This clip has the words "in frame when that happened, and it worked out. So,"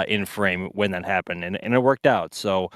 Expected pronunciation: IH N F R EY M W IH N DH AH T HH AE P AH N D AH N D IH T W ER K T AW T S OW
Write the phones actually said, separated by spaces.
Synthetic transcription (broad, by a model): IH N F R EY M W IH N DH AH T HH AE P AH N D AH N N IH T W ER K T AW T S OW